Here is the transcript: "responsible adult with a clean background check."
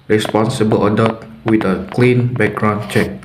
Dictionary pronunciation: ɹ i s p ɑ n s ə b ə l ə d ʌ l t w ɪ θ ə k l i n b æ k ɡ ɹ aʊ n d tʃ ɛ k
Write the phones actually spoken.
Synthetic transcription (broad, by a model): ɹ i s p ɑ n s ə b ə l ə d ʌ t w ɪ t ə k l i n b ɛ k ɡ ɹ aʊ n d tʃ ɛ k